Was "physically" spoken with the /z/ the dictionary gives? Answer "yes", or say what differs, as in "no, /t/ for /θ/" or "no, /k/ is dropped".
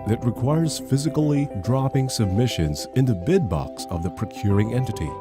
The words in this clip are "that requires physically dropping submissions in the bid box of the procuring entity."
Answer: yes